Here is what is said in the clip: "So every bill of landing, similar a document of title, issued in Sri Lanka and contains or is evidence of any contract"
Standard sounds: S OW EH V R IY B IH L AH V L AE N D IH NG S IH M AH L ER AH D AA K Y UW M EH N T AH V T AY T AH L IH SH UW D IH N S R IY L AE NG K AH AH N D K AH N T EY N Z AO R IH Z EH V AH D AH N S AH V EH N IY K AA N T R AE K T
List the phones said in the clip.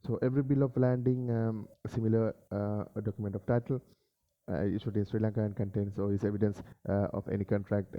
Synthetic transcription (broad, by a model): S OW EH V R IY B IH L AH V L AE N D IH NG S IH M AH L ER AH D AA K Y UW M EH N T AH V T AY T AH L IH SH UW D IH N S R IY L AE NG K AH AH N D K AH N T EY N S AO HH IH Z EH V AH D AH N S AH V EH N IY K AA N T R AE K T